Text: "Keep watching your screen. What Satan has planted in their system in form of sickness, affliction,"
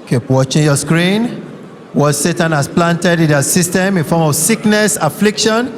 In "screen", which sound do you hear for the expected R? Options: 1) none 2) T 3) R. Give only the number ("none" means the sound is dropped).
3